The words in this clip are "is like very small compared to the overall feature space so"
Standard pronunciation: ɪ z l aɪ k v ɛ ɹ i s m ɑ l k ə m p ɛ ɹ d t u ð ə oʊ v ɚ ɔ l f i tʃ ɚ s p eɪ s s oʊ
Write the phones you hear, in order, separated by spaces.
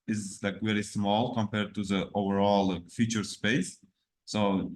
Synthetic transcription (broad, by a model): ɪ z l aɪ k v ɛ ɹ i s m ɑ l k ə m p ɛ ɹ d t u ð ə oʊ v ɚ ɔ l f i tʃ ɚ s p eɪ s s oʊ